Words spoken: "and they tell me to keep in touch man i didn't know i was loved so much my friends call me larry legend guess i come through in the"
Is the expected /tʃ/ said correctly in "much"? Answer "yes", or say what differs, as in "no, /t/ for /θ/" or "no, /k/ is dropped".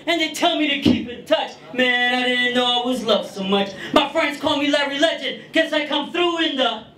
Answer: yes